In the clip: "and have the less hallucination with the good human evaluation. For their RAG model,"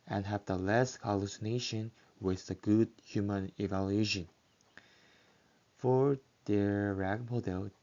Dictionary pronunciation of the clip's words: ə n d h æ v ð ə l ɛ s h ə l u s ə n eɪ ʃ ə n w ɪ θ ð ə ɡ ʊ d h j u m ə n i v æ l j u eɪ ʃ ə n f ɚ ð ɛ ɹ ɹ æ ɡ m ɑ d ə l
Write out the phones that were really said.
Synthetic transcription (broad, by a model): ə n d h æ v ð ə l ɛ s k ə l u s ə n eɪ ʃ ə n w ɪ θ ð ə ɡ ʊ d h j u m ə n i v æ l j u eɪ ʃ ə n f ɚ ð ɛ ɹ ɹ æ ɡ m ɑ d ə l